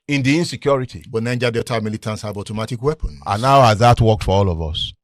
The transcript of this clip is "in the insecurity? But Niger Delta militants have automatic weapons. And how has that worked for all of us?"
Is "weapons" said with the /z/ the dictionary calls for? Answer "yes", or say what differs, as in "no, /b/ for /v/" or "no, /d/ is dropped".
no, /z/ is dropped